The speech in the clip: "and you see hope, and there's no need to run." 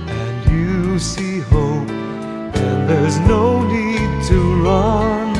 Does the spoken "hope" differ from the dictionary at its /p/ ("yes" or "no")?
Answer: yes